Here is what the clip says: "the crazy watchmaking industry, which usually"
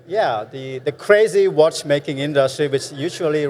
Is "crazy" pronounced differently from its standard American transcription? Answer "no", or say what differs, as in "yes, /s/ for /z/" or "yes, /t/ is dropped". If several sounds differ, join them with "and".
no